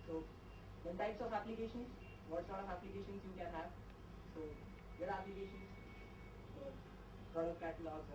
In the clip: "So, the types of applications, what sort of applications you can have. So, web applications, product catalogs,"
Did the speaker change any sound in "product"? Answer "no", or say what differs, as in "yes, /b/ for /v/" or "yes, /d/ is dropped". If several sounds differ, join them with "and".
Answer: yes, /k/ is dropped